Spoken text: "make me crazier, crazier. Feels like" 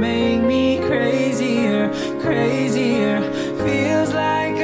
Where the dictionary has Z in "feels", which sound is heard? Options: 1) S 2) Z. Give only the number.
2